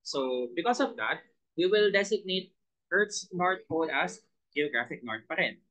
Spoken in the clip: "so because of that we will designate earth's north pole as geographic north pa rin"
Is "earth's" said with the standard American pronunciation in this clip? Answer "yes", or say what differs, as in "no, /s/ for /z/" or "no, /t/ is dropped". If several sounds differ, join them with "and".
no, /t/ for /θ/